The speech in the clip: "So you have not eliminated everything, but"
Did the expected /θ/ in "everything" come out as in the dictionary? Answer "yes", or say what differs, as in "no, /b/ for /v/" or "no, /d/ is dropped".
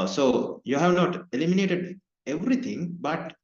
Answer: no, /t/ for /θ/